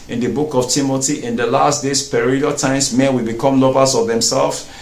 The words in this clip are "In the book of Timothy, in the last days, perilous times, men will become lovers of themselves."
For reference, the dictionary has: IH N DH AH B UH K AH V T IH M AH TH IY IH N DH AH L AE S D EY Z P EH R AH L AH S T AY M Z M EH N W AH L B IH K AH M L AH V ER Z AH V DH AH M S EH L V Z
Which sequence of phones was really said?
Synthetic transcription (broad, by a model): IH N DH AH B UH K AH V T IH M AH T IY IH N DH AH L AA S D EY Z P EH R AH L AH T AY M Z M EH N W AH L B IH K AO M L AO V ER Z AH V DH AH M S EH L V